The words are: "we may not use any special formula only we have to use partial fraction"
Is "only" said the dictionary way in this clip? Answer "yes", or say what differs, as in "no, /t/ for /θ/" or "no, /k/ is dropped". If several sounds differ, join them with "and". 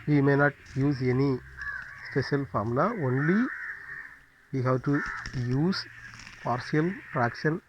yes